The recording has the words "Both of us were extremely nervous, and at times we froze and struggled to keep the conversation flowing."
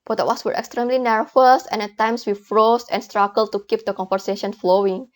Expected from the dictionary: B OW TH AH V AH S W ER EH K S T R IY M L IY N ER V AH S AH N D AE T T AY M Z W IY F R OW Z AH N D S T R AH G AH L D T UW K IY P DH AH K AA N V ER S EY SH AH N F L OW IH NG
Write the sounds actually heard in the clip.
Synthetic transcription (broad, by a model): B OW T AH W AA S W ER EH K S T R IY M L IY N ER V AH S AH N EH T T AY M S W IY F R OW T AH N S T R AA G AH L T UW K IY P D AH K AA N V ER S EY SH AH N F L OW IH NG